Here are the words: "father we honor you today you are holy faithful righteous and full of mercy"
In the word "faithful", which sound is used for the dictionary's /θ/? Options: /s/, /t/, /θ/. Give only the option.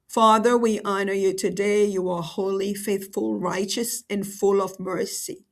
/θ/